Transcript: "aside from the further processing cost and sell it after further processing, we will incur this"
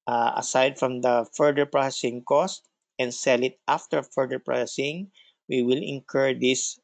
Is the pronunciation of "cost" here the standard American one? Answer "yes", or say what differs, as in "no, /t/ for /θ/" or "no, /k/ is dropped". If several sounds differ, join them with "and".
yes